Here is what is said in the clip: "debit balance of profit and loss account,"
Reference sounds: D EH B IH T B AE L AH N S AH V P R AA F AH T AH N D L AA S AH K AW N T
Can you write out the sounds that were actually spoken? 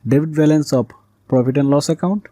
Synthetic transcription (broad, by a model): D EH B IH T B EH L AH N S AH P P R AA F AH T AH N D L AA S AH K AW N T